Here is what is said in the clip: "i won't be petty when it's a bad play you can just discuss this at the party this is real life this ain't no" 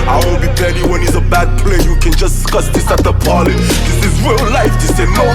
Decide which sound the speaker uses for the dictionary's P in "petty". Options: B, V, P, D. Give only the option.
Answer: B